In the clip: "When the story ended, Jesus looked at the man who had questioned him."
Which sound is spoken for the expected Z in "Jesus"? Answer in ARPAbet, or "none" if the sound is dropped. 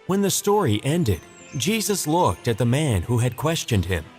Z